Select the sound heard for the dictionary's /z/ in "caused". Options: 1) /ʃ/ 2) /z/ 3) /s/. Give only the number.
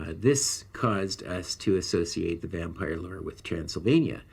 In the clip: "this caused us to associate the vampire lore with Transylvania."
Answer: 2